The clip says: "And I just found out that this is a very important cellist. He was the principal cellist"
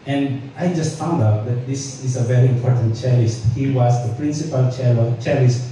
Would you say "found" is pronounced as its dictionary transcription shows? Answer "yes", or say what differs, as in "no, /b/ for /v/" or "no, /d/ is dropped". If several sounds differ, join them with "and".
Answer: yes